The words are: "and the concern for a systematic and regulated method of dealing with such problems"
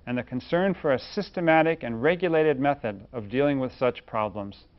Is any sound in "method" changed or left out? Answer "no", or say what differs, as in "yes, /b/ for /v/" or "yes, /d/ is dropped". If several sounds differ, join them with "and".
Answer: no